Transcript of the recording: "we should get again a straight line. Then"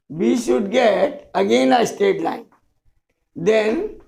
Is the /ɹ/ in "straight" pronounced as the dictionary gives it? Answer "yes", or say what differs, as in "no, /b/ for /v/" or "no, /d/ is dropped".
no, /ɹ/ is dropped